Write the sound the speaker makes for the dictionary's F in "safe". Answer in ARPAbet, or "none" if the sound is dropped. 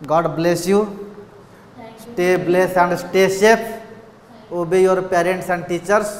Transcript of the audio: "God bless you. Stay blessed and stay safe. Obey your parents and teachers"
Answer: P